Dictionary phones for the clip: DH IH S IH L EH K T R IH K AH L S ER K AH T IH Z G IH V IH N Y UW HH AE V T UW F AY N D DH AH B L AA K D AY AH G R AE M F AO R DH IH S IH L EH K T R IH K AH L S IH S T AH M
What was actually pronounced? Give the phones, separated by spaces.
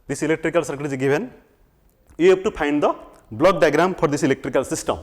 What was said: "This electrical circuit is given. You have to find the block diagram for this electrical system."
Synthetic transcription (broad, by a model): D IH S IH L EH K T R IH K AH L S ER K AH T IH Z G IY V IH N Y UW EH P T UW P AY N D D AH B L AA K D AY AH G R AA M P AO R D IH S IH L EH K T R IH K AH L S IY S T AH M